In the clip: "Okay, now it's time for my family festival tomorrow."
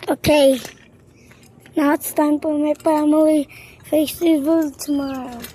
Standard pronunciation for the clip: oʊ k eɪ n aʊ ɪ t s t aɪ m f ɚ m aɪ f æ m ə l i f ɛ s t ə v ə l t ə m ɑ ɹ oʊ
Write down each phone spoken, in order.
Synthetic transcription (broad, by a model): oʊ k eɪ n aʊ ɪ t s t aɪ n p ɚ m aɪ p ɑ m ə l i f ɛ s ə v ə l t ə m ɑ ɹ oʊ